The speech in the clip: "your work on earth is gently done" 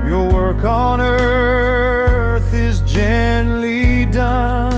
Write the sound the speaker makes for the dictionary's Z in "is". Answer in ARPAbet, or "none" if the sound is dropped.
Z